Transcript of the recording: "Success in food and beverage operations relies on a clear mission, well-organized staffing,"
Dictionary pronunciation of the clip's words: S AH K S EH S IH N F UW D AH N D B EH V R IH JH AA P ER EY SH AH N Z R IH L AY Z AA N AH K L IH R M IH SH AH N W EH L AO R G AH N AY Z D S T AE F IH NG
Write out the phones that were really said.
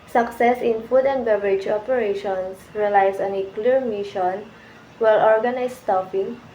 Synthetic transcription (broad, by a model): S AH K S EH S IH N F UW D AH N D B EH V R IH JH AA P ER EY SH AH N S R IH L AY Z AA N AH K L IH R M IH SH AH N W EH L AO R G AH N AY S T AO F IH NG